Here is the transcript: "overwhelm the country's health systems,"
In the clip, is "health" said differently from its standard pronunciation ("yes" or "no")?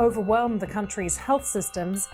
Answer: no